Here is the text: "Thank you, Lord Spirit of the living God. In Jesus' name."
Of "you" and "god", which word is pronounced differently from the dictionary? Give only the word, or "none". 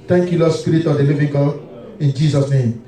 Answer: god